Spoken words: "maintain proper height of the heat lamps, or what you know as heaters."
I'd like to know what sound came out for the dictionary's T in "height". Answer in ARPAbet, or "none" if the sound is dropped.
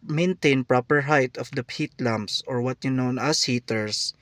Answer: T